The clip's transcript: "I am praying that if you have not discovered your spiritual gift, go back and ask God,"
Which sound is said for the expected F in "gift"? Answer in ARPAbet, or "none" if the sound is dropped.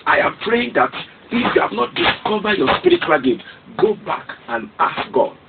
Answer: none